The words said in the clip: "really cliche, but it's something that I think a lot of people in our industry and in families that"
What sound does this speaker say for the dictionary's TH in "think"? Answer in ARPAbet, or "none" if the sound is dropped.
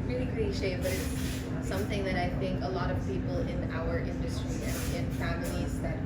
TH